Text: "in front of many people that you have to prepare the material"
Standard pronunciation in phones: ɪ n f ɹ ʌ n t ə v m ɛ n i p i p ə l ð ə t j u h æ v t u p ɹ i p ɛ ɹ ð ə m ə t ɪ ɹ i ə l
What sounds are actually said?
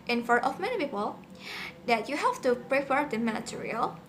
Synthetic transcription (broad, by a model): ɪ n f ʌ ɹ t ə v m ɛ n i p i p ə l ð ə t j u h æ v t u p ɹ i p ɛ ɹ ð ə m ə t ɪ ɹ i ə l